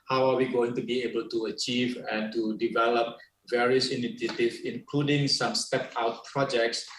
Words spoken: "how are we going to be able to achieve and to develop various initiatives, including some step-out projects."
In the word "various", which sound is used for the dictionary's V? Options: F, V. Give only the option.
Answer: V